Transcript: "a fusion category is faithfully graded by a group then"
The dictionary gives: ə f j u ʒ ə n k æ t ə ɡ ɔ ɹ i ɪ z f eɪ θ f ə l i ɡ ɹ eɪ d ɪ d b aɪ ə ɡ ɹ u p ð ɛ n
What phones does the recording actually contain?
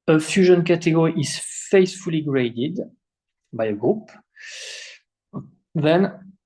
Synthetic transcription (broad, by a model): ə f j u ʒ ə n k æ t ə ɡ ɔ ɹ i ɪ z f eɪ s f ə l i ɡ ɹ eɪ d ɪ d b aɪ ə ɡ ɹ u p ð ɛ n